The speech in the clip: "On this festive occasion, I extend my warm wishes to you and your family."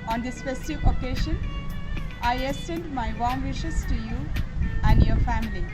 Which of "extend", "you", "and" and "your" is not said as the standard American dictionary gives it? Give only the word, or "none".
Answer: extend